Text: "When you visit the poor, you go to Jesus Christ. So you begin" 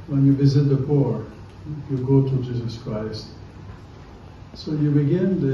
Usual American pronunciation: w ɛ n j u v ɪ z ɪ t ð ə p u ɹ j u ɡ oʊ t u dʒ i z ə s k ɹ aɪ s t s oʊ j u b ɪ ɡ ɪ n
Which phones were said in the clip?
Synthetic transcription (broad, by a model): w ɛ n j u v ɪ z ɪ t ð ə p u ɹ j u ɡ oʊ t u dʒ i z ə s k ɹ aɪ s t s oʊ j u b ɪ ɡ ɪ n